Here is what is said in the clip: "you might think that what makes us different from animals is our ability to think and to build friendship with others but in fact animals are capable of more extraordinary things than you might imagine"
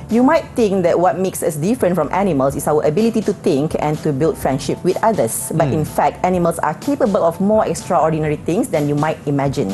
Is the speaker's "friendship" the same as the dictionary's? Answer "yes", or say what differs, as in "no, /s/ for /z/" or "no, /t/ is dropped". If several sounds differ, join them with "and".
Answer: yes